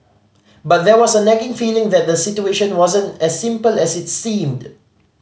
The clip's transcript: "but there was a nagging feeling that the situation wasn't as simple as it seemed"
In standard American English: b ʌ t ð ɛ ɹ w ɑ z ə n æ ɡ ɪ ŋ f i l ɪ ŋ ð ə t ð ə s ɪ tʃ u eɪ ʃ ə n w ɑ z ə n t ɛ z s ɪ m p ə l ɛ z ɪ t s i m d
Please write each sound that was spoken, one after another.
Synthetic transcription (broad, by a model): b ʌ t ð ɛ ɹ w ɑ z ə n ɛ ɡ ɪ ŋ f i l ɪ ŋ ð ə t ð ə s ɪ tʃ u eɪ ʃ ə n w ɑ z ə n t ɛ s ɪ m p ə l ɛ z ɪ t s i m d